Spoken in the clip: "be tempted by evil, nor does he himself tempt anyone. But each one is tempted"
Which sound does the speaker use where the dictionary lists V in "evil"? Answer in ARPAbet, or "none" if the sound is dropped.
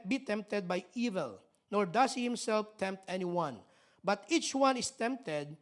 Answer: V